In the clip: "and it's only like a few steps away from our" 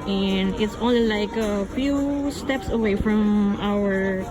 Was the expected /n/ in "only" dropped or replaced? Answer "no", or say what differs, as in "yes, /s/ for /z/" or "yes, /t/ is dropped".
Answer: yes, /n/ is dropped